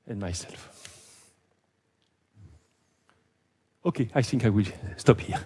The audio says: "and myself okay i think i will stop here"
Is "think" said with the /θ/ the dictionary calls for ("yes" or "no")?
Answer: yes